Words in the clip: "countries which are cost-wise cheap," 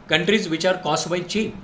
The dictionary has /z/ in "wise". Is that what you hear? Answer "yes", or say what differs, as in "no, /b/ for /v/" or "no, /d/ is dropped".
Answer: no, /z/ is dropped